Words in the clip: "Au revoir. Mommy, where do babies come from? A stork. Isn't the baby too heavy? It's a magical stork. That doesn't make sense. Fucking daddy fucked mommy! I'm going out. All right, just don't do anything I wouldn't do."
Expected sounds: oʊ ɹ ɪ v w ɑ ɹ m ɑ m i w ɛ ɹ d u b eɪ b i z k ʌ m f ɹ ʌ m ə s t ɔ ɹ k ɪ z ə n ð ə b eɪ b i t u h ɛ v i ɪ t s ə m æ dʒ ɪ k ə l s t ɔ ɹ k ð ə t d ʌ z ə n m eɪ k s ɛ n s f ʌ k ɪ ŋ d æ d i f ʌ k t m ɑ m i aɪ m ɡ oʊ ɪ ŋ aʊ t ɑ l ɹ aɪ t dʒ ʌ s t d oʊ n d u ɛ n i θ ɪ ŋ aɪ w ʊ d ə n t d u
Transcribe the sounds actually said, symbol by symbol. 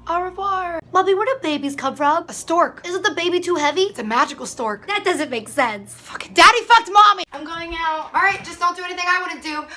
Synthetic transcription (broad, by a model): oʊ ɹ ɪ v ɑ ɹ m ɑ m i w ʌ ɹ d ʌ b eɪ b i z k ʌ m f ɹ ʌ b ə s t ɔ ɹ k ɪ z ə n ð ə b eɪ b i t u h ɛ v i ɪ t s ə m æ dʒ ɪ k l s t ɔ ɹ k ð ə t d ʌ z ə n m eɪ k s ɛ n s f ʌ k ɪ d æ d i f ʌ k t m ɑ m i aɪ m ɡ oʊ ɪ ŋ aʊ t ɑ l ɹ aɪ t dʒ ʌ s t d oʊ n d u ɛ n i θ ɪ ŋ aɪ w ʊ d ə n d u